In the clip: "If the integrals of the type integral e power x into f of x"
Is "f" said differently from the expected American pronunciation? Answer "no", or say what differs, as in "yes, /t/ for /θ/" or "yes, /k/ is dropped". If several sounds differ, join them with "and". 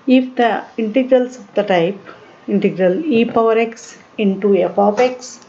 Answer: yes, /p/ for /f/